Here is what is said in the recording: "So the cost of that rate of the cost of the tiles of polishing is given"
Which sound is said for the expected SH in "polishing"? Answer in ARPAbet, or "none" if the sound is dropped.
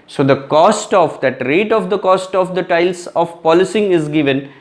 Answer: S